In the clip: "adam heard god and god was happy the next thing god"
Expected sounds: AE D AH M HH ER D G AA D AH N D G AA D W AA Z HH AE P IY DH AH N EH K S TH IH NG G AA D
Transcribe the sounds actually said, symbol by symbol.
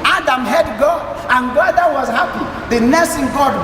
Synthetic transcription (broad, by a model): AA D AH M HH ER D G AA AH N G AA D W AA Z HH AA P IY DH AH N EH S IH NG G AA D